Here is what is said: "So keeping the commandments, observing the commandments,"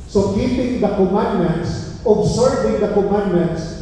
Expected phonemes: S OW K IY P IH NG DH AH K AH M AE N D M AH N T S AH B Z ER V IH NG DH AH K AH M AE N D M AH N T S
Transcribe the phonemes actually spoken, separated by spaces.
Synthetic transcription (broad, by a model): S OW K IY P IH NG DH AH K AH M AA N D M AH N T S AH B S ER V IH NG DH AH K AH M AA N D M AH N T S